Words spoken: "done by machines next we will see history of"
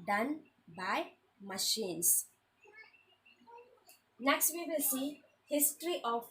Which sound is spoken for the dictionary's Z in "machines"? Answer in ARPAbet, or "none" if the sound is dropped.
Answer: S